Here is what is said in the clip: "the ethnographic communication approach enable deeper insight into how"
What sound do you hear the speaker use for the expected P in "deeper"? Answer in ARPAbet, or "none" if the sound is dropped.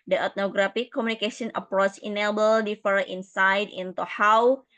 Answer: F